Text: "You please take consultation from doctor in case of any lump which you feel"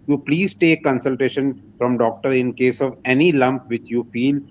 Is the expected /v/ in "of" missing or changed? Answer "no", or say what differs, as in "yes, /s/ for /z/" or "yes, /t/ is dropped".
no